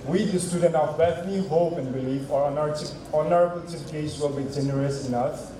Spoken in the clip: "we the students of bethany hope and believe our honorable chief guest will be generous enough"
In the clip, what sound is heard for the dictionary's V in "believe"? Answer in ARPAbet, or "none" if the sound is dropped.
F